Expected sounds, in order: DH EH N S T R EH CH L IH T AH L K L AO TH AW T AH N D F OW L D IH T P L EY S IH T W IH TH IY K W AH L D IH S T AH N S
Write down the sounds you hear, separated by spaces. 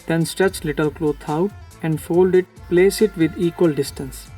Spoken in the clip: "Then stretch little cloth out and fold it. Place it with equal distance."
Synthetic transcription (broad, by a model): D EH N S T R EH CH L IH T AH L K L AO T AW T AH N D F OW L D IH T P L EY S IH T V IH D IY K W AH L D IH S T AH N S